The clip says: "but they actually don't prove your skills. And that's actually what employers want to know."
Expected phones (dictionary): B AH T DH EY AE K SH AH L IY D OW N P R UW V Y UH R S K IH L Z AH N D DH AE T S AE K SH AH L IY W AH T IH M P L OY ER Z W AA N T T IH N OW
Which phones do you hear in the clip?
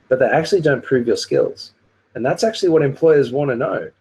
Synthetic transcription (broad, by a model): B AH T DH EY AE K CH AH L IY D OW N P R UW V Y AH R S K IH L Z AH N DH AE T S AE K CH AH L IY W AH T IH M P L OY ER Z W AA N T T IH N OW